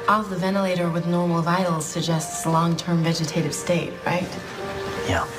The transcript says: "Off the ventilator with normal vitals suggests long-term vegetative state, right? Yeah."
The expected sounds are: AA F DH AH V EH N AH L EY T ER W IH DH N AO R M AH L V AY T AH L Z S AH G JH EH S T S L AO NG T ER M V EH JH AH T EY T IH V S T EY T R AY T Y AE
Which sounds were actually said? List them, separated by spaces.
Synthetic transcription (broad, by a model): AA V DH AH V EH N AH L EY T ER W IH DH N AO R M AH V AY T L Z S AH G JH EH S T S L AO NG T ER M V EH JH AH T EY T IH V S T EY T R AY T Y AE